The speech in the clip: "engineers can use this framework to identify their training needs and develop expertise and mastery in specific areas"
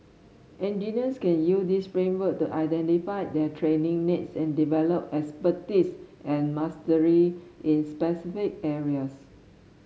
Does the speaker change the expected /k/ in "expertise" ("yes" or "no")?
yes